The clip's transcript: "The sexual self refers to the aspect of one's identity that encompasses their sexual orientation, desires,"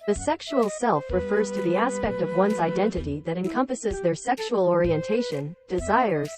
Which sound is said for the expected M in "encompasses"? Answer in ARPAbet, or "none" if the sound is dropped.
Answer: M